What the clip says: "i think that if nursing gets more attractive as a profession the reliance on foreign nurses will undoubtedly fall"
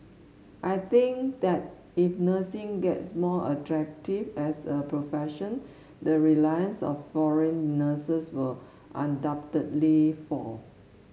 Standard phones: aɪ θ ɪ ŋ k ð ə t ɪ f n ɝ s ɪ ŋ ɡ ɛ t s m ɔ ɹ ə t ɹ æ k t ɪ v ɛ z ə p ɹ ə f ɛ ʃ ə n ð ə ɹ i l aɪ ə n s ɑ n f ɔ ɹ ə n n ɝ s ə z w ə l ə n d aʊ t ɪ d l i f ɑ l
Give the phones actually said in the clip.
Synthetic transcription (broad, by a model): aɪ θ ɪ ŋ k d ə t ɪ f n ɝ s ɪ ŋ ɡ ɛ t s m ɔ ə t ɹ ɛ k t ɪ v ɛ s ə p ɹ ə f ɛ ʃ ə n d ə ɹ i l aɪ ə n s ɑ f ɔ ɹ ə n n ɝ s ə s w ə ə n d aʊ t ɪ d l i f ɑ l